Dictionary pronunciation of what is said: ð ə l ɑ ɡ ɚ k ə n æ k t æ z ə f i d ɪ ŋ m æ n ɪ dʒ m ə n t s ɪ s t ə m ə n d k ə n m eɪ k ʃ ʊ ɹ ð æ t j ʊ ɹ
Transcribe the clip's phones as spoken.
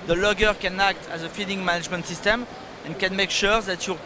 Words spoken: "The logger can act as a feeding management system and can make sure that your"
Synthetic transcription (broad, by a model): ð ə l ɑ ɡ ɚ k ə n æ k t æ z ə f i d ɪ ŋ m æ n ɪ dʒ m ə n t s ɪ s t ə m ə n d k ə n m eɪ k ʃ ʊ ɹ ð æ t j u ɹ